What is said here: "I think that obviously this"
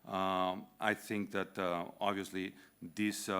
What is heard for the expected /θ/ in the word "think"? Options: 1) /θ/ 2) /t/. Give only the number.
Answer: 2